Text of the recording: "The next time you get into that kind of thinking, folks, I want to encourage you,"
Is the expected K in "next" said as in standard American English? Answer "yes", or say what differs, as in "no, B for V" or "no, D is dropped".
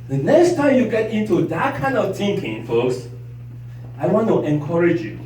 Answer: yes